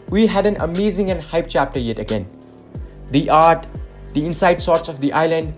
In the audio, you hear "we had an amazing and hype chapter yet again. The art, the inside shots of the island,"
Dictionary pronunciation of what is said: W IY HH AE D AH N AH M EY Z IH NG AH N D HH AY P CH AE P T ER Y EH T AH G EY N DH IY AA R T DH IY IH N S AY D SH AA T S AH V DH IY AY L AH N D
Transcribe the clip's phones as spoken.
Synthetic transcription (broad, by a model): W IY HH AE D AH N AH M EY Z IH NG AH N HH AY P CH AE P T ER Y EH T AH G EY N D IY AA R T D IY IH N S AY D S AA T S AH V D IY AY L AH N D